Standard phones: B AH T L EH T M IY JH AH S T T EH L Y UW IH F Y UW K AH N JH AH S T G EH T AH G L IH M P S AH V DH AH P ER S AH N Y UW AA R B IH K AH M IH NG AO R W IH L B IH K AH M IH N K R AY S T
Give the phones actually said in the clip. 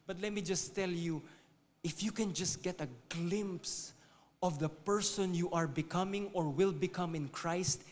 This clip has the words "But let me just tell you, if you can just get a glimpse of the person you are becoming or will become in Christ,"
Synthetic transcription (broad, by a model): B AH T L EH T M IY JH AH S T T EH L Y UW IH F Y UW K AH N JH AH S T G EH T AH G L IH M P S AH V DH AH P ER S AH N Y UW AA R B IH K AH M IH NG AO R W IH L B IH K AH M IH N K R AY S T